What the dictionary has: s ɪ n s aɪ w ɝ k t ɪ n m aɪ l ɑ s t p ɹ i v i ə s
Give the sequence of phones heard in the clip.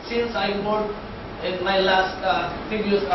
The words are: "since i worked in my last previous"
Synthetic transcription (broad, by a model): s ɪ n s aɪ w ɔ t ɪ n m aɪ l ɑ s t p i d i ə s